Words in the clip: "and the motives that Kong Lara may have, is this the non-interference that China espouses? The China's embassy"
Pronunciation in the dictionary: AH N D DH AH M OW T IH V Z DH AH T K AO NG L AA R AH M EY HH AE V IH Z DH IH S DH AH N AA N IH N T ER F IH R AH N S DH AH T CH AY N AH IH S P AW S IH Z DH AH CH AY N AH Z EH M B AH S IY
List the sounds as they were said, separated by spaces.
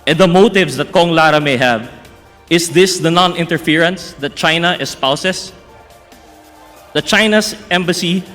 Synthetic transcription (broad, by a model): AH N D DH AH M OW T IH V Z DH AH T K AO NG L AA R AH M EY HH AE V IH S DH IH S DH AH N AA N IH N T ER F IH R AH N S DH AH T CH AY N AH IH S P AW S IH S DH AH CH AY N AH S EH M B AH S IY